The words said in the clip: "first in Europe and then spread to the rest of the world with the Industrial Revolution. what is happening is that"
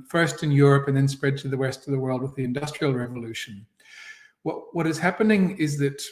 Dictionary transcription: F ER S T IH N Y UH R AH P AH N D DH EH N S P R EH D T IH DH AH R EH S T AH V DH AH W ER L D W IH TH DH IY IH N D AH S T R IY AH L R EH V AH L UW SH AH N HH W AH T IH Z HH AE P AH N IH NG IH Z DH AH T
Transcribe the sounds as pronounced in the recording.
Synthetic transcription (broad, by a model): F ER S T IH N Y UH R AH P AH N DH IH N S P R EH D T IH DH AH W EH S T AH V DH AH W ER L D W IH DH IY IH N D AH S T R IY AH L R EH V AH L UW SH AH N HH W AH T IH Z HH AE P AH N IH NG IH Z DH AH T